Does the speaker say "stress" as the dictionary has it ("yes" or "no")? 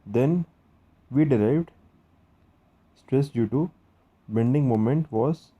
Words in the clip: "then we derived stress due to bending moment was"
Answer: yes